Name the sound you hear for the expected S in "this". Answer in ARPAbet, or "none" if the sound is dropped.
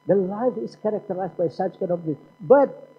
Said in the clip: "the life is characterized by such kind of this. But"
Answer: none